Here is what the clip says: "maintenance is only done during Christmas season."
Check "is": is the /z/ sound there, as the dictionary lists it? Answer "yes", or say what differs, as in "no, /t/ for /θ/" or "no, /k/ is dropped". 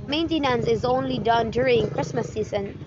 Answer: yes